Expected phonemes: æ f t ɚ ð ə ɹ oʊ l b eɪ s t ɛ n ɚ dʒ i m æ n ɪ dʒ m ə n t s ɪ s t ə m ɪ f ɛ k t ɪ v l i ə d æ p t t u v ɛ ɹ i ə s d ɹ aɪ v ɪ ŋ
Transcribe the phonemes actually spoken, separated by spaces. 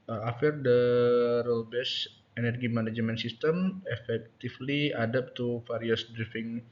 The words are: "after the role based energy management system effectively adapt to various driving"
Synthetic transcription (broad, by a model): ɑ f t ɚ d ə ɹ oʊ l b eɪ s ɛ n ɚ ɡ i m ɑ n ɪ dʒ m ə n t s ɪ s t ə m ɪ f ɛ k t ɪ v l i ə d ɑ p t t u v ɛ ɹ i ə s d ɹ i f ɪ ŋ